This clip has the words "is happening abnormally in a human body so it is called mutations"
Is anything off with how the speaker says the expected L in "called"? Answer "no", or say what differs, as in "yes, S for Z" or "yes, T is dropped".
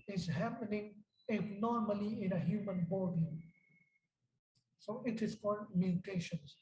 yes, L is dropped